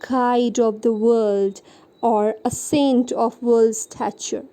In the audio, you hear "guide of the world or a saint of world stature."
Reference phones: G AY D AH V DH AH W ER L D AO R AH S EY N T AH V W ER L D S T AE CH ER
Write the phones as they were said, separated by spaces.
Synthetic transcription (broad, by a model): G AY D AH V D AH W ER L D AO R AH S EY N T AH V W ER L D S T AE CH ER